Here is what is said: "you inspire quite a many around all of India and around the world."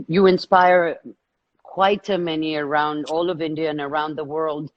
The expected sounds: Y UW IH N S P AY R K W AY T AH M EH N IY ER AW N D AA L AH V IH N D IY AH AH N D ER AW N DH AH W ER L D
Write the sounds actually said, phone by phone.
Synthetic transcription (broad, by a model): Y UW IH N S P AY R K W AY T AH M EH N IY ER AW N D AA L AH V IH N D IY AH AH N ER AW N DH AH W ER L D